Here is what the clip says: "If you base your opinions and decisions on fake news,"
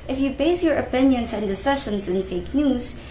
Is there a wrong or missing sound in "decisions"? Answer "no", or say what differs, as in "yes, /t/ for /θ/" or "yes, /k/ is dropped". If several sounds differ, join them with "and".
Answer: yes, /ʃ/ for /ʒ/